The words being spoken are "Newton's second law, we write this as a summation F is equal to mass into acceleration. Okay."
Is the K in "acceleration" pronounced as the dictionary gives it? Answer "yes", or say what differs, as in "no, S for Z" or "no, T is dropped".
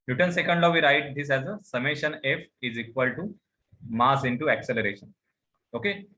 yes